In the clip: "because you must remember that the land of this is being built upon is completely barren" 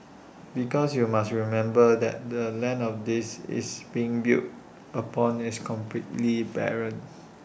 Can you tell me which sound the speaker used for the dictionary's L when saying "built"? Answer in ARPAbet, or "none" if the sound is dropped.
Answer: none